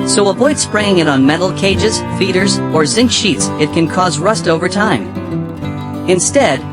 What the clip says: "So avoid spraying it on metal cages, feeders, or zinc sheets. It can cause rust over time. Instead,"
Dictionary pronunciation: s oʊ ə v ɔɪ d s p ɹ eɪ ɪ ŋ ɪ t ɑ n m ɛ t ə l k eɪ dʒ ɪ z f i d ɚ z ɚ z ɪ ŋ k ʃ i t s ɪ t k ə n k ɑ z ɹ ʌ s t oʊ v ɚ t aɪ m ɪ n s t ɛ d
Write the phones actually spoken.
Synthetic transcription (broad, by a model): s oʊ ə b ɔɪ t s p ɹ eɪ ɪ ŋ ɪ t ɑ n m ɛ t l k eɪ dʒ ɪ z f i d ɚ z ɚ z ɪ ŋ k ʃ i t s ɪ t k ə n k ɑ z ɹ ʌ s t oʊ v ɚ t aɪ m ɪ n s t ɛ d